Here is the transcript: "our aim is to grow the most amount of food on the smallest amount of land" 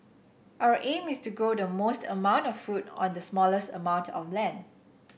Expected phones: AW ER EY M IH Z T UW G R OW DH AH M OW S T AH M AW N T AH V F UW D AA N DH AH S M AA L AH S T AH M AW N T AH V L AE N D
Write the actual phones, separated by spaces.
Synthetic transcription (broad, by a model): AW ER EY M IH S T UW G OW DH AH M OW S T AH M AW N T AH F F UW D AA N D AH S M AA L AH S T AH M AW N T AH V L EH N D